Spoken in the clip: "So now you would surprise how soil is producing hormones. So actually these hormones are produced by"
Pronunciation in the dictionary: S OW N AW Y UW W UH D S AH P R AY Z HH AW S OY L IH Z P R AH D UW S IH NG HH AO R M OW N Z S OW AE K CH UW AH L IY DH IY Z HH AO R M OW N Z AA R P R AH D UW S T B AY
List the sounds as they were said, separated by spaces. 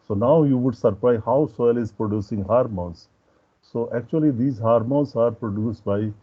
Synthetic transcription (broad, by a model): S OW N AW Y UW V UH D S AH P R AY HH AW S OY L IH Z P R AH D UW S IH NG HH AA R M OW N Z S OW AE K CH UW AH L IY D IY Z HH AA R M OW N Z AA R P R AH D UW S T B AY